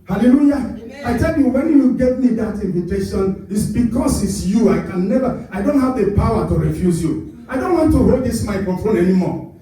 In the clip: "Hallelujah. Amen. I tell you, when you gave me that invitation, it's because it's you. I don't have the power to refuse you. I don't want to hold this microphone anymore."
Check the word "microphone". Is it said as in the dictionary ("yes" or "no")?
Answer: no